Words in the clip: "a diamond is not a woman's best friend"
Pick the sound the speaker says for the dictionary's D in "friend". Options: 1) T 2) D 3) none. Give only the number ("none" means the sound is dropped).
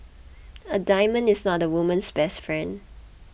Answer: 2